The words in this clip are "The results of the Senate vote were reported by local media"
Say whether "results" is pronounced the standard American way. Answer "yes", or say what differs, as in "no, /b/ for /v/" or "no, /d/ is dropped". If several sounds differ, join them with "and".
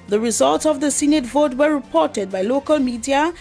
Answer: yes